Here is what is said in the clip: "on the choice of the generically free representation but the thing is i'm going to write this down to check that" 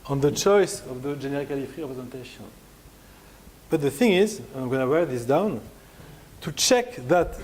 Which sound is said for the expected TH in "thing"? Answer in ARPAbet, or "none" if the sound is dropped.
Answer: TH